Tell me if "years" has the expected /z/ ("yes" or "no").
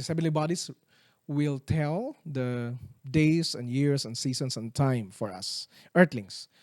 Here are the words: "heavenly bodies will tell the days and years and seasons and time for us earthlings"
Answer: no